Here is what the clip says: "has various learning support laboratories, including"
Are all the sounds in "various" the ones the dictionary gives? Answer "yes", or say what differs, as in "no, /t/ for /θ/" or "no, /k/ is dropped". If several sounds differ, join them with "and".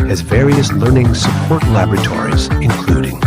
yes